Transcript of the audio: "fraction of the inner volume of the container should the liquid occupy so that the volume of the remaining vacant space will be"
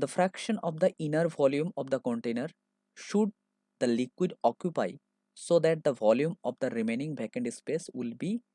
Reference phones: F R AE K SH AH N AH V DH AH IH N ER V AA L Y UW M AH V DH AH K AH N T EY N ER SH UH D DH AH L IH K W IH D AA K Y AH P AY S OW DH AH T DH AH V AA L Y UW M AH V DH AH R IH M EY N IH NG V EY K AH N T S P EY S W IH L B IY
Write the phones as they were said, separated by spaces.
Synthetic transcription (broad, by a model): F R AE K SH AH N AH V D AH IH N ER V AA L Y UW M AH V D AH K AH N T EY N ER SH UH D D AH L IH K W IH D AA K Y AH P AY S OW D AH T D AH V AA L Y UW M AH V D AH R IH M EY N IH NG B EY K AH N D S P EY S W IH L B IY